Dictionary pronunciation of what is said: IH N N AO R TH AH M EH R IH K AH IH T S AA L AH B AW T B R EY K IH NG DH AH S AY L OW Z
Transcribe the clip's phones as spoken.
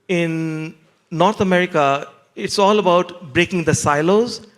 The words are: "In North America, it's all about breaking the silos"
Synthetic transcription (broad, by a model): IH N N AO R T AH M EH R IH K AH IH T S AA L AH B AW T B R EY K IH NG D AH S AY L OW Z